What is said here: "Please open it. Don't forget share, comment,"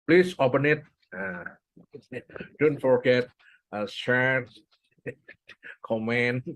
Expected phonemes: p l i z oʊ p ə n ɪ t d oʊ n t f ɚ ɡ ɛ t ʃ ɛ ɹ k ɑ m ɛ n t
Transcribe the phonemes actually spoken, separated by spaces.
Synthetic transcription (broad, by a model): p l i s oʊ p ə n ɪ t d oʊ n t f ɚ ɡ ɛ t s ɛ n k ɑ m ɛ n